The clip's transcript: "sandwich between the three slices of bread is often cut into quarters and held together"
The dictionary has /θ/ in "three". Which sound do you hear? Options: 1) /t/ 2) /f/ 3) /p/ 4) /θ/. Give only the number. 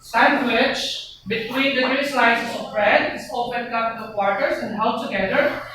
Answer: 1